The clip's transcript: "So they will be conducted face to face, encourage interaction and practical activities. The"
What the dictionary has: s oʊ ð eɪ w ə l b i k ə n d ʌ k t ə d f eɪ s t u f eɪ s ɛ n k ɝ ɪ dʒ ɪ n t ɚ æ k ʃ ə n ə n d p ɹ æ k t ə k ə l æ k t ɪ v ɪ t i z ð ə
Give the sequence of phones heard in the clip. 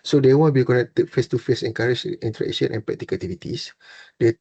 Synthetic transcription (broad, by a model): s oʊ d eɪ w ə n b i k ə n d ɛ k t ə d f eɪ s t u f eɪ s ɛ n k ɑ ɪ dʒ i n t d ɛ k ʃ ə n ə n p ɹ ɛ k t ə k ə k t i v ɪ t i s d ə